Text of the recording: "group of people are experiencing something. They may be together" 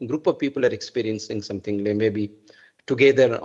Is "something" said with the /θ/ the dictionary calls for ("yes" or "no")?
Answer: no